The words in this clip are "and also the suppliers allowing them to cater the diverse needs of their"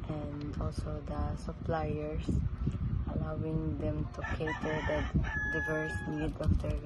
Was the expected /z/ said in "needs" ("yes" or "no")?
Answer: no